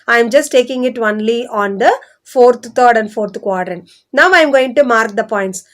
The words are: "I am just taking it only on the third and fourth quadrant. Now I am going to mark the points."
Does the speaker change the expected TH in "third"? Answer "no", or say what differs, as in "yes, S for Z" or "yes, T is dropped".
yes, F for TH